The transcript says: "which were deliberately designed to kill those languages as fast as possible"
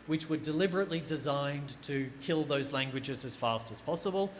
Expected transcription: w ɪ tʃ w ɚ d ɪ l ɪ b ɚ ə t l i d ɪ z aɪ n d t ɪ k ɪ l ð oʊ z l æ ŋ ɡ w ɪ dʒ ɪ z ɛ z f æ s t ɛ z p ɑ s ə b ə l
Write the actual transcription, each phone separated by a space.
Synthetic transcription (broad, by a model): w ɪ tʃ w ɚ d ɪ l ɪ b ɚ ə t l i d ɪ z aɪ n t ɪ k ɪ l ð oʊ z l æ ŋ ɡ w ɪ dʒ ɪ z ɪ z f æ s t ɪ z p ɑ s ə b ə l